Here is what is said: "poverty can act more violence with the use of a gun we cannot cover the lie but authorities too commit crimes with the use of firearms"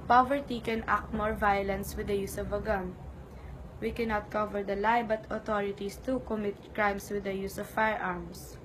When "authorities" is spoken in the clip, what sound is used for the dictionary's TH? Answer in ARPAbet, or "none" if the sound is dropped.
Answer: T